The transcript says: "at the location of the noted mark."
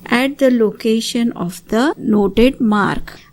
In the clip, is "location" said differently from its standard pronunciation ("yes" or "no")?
no